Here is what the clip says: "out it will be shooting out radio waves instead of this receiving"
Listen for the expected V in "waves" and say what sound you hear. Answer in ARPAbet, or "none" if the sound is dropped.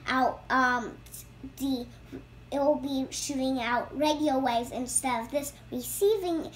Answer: none